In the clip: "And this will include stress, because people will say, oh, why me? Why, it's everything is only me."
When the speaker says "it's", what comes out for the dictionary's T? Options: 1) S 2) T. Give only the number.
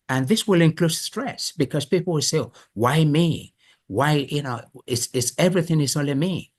1